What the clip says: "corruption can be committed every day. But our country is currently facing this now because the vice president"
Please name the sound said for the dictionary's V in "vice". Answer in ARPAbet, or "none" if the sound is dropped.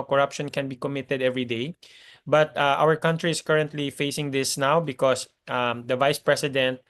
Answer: V